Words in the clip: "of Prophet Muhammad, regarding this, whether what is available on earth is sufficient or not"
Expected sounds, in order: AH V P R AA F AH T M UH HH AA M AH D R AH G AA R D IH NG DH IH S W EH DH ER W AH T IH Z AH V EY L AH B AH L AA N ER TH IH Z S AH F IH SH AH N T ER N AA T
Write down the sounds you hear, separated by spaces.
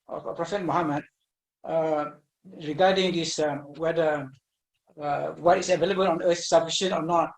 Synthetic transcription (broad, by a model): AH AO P R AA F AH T M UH HH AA M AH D R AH G AA D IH NG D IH S W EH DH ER W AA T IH S AH V EY L AH B AH L AA N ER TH S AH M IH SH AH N AO N AA T